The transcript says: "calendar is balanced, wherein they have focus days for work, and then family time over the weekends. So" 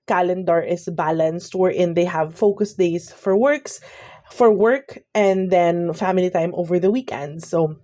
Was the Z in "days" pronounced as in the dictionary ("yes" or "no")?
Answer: no